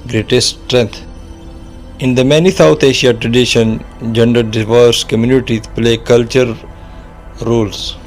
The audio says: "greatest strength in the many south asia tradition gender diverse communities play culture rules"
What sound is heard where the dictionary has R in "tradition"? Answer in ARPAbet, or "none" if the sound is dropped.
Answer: R